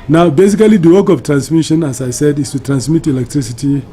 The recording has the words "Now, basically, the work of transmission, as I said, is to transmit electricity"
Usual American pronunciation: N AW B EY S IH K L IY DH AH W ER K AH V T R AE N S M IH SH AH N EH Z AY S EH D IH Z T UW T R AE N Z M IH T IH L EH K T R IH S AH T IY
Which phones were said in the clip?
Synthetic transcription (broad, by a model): N AW B EY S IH K L IY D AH W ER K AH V T R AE N S M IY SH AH N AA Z AY S EH D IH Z T UW T R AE N S M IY T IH L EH K T R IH S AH T IY